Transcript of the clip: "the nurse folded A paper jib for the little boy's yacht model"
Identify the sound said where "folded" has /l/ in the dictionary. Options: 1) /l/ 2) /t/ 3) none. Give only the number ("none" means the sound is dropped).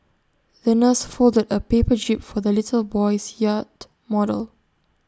1